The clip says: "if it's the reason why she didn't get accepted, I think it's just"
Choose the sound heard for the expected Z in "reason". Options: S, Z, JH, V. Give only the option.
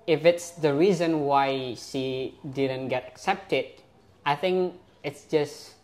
Z